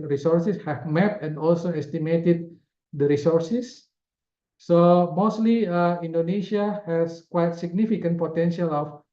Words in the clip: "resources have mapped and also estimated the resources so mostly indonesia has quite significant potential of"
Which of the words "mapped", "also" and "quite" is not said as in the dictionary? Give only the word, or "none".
mapped